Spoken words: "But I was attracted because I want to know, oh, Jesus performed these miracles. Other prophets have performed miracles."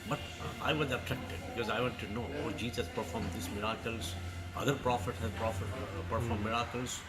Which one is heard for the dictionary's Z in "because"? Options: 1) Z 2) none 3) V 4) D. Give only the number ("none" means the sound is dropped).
1